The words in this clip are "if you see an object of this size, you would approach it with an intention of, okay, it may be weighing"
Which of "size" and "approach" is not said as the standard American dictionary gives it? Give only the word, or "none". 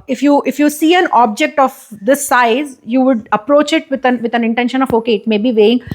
none